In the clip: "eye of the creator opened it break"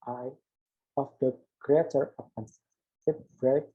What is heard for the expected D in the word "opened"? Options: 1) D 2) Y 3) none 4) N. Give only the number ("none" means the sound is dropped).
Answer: 3